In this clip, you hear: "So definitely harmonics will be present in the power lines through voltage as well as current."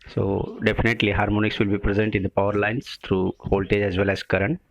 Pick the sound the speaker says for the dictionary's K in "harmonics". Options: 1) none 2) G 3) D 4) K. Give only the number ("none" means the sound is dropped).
4